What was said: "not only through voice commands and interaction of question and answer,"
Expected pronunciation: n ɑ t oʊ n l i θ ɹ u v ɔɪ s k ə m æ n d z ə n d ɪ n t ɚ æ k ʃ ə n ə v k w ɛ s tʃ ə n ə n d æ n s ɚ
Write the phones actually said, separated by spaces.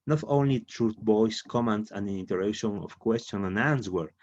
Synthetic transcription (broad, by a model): n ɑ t oʊ n l i t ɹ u b ɔɪ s k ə m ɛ n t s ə n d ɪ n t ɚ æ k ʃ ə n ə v k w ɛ s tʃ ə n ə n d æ n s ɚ